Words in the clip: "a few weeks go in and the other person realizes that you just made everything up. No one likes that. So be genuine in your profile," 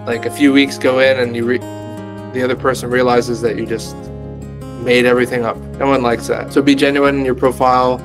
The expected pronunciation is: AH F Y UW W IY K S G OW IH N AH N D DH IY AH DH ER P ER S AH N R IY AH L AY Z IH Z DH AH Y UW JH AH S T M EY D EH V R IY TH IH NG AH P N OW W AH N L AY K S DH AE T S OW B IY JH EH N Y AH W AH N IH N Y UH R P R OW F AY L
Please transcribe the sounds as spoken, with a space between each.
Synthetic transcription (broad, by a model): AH F Y UW W IY K S G OW IH N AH N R DH IY AH DH ER P ER S AH N R IY AH L AY Z IH Z DH AH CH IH JH AH S T M EY D EH V R IY TH IH NG AH P N OW W AH N L AY K S DH AE T S OW B IY JH EH N Y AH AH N IH N Y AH R P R OW F AY L